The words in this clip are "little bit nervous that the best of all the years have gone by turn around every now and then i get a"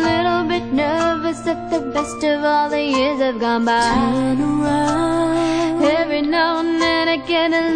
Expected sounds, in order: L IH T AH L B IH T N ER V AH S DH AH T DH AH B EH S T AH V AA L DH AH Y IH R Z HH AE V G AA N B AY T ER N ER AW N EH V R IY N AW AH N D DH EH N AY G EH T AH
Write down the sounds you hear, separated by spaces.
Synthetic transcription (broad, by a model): L IH T L B IH T N ER V AH S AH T DH AH B EH S T AH V AA L DH AH Y IH R Z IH V G AA N B AY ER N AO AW EH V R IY N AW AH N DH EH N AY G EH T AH